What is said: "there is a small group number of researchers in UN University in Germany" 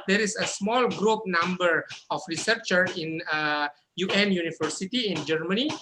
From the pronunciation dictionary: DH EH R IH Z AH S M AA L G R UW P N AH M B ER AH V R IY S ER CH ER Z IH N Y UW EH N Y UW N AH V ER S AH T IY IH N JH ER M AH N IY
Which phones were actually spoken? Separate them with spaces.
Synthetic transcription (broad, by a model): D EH R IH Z AH S M AA L G R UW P N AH M B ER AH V R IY S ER CH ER IH N Y UW EH N Y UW N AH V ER S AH T IY IH N JH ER M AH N IY